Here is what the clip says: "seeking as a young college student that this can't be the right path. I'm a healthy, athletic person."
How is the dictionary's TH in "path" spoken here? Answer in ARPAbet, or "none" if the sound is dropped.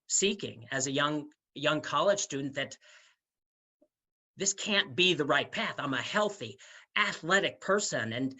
TH